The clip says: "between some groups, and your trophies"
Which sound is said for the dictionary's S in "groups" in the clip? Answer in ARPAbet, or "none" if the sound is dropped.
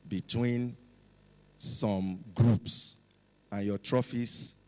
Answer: S